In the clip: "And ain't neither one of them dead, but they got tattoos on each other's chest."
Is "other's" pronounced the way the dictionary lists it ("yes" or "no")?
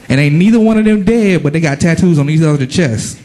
no